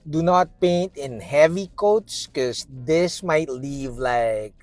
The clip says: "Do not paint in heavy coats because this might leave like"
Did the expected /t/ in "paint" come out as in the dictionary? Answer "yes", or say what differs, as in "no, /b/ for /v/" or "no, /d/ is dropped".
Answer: yes